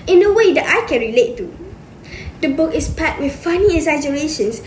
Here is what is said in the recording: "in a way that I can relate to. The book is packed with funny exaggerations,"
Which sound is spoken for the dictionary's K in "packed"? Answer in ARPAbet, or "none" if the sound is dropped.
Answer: none